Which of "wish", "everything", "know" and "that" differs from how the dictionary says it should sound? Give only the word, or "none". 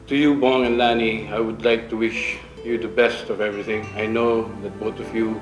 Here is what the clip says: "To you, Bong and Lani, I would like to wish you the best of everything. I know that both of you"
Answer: none